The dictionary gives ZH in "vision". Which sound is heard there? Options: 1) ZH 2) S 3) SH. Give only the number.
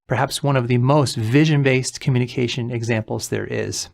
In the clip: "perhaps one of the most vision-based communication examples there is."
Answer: 1